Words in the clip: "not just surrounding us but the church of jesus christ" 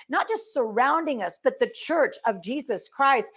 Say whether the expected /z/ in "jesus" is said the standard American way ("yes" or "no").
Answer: yes